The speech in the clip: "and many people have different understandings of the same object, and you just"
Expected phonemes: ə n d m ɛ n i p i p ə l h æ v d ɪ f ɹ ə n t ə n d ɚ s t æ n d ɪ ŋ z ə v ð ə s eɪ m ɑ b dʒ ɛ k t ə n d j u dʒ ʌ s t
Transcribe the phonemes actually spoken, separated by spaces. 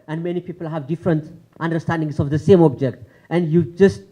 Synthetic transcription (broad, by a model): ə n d m ɛ n i p i p ə l h æ v d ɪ f ɹ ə n t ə n d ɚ s t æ n d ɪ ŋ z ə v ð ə s eɪ m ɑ b dʒ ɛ k t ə n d j u dʒ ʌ s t